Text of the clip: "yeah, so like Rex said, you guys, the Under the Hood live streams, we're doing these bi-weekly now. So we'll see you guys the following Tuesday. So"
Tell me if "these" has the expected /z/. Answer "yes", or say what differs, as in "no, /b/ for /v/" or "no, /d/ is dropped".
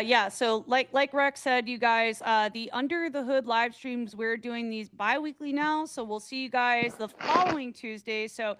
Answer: yes